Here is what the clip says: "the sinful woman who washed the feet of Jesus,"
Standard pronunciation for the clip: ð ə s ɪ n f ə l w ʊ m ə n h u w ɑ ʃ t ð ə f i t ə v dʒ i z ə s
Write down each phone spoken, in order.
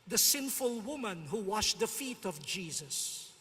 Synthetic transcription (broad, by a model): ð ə s ɪ n f ə l w ʊ m ə n h u w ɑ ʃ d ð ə f i t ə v dʒ i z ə s